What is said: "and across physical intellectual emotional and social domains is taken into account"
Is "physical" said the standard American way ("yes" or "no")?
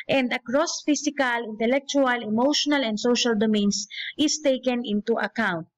no